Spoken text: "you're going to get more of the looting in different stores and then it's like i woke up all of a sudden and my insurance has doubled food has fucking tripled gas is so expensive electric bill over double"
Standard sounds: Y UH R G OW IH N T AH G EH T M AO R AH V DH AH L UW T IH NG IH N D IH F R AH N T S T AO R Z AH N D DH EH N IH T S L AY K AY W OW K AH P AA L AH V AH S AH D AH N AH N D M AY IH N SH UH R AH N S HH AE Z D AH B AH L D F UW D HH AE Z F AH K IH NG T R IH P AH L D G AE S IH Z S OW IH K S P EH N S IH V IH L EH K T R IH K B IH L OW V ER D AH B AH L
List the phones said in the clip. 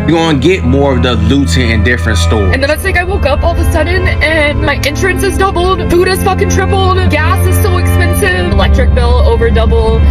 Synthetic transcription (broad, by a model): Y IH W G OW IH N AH G EH T M AO R AH V DH AH L UW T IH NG IH N D IH F R AH N T S T AO R AH N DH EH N IH T S L AY K AY W OW K AH P AA L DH AH S AH D N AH N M AY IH N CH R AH N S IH Z D AH B L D F UW D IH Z F AH K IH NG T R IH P L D G AE S IH Z S OW IH K S P EH N S IH V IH L EH K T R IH K B IH L OW V ER D AH B L